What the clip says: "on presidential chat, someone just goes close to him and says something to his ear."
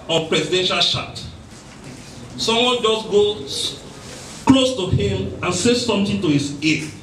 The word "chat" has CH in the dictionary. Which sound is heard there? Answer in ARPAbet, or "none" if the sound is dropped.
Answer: SH